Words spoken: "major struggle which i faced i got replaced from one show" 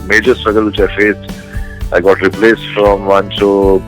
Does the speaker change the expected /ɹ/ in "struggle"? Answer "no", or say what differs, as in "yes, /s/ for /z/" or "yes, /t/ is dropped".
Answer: no